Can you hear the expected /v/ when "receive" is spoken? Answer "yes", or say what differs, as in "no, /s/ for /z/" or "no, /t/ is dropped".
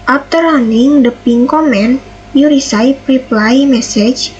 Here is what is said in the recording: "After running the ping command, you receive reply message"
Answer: no, /p/ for /v/